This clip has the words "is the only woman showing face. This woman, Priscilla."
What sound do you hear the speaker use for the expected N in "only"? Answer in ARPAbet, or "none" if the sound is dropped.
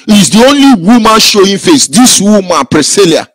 N